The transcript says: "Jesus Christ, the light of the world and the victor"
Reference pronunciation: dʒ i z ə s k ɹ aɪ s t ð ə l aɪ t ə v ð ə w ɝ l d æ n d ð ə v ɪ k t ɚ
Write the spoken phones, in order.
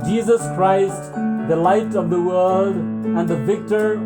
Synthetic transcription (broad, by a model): dʒ i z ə s k ɹ aɪ s t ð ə l aɪ t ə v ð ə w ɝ l d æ n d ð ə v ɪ k t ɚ